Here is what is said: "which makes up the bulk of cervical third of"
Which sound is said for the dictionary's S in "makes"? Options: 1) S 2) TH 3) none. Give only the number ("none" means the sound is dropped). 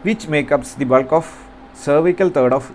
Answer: 3